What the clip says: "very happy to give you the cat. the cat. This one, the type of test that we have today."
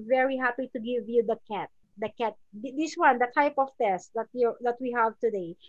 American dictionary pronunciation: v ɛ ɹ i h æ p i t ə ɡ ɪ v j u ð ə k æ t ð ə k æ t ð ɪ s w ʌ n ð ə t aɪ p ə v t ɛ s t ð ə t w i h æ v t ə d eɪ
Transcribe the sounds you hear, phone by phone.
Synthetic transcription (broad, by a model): v ɛ ɹ i h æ p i t ə ɡ ɪ v j u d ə k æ t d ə k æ t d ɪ s w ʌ n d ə t aɪ p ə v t ɛ s t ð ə t w i h æ v t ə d eɪ